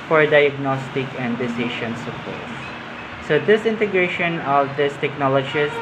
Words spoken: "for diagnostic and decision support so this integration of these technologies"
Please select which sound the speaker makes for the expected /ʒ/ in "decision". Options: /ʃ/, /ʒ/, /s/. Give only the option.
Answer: /ʃ/